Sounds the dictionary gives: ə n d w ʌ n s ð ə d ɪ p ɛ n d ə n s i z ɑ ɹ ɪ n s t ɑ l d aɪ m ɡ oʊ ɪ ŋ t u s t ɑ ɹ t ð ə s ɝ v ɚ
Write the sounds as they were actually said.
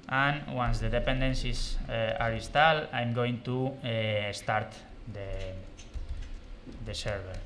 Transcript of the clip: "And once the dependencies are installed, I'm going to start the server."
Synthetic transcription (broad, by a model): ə n w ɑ n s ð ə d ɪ p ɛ n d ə n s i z ɑ ɹ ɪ s t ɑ l aɪ m ɡ oʊ ɪ ŋ t u s t ɑ ɹ t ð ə s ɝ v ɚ